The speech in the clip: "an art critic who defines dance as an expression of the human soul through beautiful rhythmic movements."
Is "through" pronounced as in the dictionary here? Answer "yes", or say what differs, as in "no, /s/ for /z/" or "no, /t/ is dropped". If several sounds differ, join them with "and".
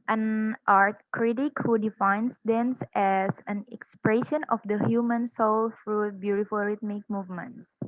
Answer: no, /f/ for /θ/